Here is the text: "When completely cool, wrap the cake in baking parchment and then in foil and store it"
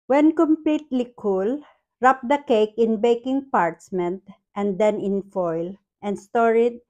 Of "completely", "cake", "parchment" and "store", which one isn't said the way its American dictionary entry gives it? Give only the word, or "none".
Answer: parchment